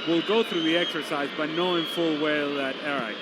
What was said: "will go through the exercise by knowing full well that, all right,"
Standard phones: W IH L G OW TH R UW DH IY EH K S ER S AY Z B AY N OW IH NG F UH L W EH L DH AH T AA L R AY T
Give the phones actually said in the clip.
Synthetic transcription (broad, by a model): W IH L G OW TH R UW DH IY EH K S ER S AY Z B AY N OW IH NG F UH L W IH L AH T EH R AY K